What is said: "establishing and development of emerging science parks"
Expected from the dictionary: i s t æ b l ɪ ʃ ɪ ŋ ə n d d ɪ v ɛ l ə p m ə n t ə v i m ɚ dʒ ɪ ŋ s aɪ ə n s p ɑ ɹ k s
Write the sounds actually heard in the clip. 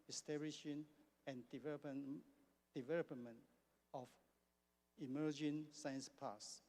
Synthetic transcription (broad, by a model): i s t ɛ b l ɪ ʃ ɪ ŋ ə n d d ɪ v ɛ l ə p m ə n t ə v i m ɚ dʒ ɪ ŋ s aɪ ə n s p ɑ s